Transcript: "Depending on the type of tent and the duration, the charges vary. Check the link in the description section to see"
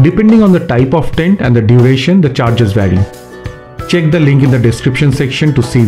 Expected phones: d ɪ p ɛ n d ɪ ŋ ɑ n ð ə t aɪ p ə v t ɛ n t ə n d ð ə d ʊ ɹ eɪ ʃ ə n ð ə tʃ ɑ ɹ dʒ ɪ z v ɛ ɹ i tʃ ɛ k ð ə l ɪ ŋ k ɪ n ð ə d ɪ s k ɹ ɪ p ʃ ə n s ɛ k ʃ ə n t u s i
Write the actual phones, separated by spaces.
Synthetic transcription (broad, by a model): d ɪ p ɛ n d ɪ ŋ ɑ n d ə t aɪ p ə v t ɛ n t ə n d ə d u ɹ eɪ ʃ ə n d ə tʃ ɑ ɹ dʒ ɪ z v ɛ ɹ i tʃ ɛ k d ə l ɪ ŋ k ɪ n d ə d ɪ s k ɹ ɪ p ʃ ə n s ɛ k ʃ ə n t u s i